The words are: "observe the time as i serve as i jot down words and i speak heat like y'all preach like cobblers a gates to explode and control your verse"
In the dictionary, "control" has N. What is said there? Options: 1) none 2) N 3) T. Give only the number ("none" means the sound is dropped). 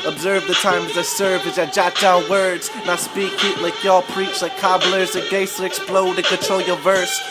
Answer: 1